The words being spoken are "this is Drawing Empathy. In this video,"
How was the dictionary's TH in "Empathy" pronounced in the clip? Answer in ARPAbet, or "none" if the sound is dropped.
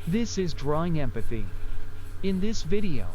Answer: TH